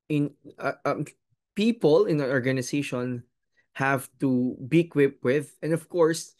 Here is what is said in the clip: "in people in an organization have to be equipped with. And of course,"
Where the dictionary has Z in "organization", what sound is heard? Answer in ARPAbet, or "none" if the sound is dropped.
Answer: S